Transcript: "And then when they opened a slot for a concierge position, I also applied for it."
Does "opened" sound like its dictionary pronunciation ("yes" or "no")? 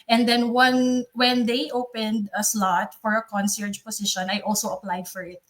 yes